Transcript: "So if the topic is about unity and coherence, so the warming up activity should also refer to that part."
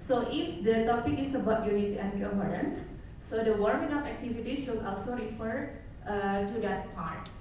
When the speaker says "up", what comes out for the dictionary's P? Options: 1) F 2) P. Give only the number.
1